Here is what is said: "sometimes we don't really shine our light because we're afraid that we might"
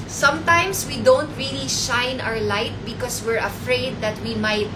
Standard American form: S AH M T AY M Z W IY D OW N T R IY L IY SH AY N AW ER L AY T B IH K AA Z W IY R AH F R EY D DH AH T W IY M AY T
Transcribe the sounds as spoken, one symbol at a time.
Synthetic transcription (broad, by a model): S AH M T AY M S W IY D OW N T R IY L IY SH AY N AW ER L AY T B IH K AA S W IY R AH F R EY D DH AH T W IY M AY T